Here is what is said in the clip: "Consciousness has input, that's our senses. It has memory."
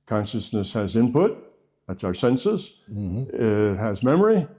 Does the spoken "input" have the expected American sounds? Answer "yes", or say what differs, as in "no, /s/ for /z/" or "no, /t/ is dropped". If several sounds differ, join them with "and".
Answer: yes